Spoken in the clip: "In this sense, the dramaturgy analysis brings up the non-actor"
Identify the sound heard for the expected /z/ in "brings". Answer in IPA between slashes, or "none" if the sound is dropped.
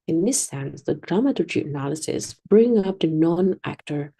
none